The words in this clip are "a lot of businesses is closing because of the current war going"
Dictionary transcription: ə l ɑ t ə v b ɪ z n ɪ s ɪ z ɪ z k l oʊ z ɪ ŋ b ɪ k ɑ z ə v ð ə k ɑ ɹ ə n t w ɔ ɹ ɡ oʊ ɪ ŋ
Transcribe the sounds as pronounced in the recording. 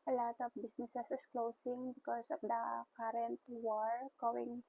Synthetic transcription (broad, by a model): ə l ɑ t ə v b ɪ s n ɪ s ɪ s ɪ s k l oʊ s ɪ ŋ b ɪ k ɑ s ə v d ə k ɑ ɹ ə n t w ɔ ɹ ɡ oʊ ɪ ŋ